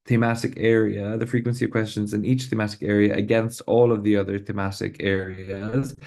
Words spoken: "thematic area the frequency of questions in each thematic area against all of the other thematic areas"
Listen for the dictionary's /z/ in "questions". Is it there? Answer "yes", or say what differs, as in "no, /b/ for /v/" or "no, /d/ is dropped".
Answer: yes